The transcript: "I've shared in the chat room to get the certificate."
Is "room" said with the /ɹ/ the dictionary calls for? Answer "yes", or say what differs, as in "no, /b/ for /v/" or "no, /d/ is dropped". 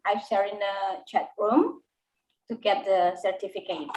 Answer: no, /w/ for /ɹ/